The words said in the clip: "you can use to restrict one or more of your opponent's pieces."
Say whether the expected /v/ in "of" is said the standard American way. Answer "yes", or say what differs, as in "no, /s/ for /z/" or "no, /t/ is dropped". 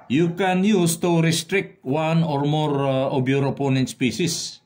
no, /b/ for /v/